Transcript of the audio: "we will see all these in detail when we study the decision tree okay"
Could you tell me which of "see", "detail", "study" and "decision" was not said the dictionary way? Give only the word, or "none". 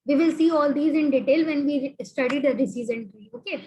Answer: decision